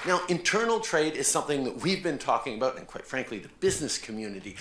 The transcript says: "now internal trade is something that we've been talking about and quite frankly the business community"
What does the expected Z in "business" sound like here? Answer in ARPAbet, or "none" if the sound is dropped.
Z